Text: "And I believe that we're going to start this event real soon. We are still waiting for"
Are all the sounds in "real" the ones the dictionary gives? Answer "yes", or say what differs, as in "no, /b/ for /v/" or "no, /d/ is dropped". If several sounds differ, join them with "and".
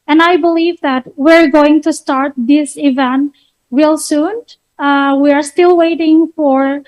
no, /w/ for /ɹ/